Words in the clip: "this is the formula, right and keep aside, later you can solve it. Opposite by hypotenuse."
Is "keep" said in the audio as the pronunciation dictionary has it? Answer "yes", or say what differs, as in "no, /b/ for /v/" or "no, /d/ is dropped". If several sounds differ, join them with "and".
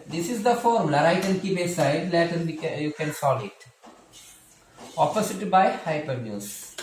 no, /b/ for /p/